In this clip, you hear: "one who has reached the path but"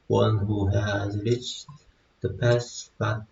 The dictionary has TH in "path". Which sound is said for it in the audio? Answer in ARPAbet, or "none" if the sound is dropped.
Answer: S